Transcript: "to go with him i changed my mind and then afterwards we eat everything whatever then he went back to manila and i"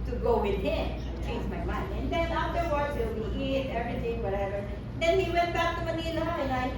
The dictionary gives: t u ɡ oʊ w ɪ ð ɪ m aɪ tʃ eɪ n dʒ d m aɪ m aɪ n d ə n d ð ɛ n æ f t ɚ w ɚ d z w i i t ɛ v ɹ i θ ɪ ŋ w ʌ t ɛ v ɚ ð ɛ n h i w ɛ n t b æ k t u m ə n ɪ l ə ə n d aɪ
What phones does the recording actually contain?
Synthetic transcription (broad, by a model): t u ɡ oʊ w ɪ ð ɪ m tʃ eɪ n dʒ m aɪ m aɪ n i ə n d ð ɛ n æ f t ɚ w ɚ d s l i i t ɛ v ɹ i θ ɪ ŋ w ʌ t ɛ v ɚ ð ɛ n h i w ɛ n t b æ k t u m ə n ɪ n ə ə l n aɪ